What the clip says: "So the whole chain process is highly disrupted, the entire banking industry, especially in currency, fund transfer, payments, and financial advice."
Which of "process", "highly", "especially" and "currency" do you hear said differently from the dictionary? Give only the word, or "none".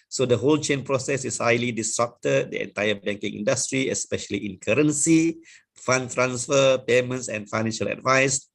none